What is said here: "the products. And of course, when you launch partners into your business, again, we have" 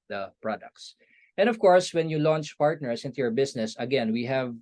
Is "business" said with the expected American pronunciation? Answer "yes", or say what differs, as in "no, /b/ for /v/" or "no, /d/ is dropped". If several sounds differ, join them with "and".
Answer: no, /s/ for /z/